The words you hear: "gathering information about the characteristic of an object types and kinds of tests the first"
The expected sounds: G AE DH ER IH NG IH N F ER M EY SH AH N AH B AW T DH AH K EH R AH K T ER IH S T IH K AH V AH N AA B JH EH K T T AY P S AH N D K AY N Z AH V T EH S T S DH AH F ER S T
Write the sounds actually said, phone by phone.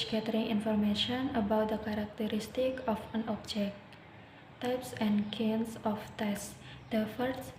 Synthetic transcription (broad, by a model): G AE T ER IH NG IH N F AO M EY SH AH N AH B AW T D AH K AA R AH K T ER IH S T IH K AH F AH N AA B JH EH K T T AY P S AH N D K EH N S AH F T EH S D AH F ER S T